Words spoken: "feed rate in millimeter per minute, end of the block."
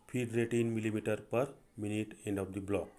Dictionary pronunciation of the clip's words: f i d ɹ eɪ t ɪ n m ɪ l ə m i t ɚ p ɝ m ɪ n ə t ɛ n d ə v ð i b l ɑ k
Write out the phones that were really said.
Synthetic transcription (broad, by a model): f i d ɹ eɪ t ɪ n m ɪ l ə m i t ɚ p ɝ m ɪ n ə t ɛ n d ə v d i b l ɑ k